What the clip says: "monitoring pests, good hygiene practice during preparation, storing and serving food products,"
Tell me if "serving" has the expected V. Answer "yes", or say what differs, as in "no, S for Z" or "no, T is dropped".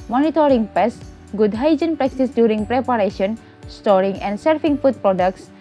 no, F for V